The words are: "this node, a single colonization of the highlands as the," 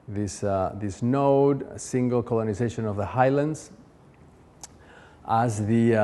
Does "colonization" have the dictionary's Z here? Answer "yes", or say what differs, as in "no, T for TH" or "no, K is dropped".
yes